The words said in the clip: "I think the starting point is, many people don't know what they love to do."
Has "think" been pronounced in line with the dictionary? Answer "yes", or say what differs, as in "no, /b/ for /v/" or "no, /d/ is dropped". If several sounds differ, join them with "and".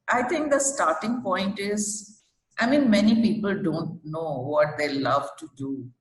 no, /t/ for /θ/